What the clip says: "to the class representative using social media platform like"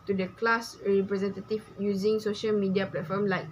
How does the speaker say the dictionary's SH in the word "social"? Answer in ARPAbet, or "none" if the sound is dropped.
SH